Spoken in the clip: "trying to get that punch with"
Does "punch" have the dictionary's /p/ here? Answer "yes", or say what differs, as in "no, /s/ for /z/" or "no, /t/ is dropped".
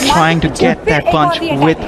no, /b/ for /p/